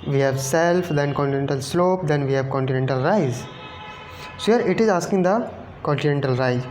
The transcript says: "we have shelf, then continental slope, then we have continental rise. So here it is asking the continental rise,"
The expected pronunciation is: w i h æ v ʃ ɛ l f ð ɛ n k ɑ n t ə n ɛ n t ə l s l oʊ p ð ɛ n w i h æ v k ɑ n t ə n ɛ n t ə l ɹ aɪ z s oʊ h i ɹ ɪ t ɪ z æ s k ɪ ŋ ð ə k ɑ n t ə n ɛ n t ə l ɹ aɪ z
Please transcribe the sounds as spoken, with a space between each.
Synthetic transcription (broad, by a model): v i h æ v s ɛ l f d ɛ n k ɑ n t ə n ɛ n t ə l s l oʊ p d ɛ n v i h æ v k ɑ n t ə n ɛ n t ə l ɹ aɪ z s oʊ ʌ ɹ ɪ t ɪ z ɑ s k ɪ ŋ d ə k ɑ n t ə n ɛ n t ə l ɹ aɪ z